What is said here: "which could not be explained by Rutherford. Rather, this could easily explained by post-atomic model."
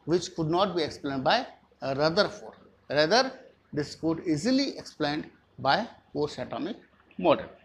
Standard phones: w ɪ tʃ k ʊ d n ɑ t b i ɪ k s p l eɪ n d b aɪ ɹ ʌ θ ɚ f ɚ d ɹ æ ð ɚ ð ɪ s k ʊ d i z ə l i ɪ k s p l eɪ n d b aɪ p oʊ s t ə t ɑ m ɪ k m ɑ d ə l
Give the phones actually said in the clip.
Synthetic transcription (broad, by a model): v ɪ tʃ k ʊ d n ɑ t b i ɪ k s p l eɪ n d b aɪ ɹ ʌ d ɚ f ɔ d ɹ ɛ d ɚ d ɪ s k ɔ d i z ə l i ɪ k s p l eɪ n d b aɪ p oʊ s ə t ɑ m ɪ k m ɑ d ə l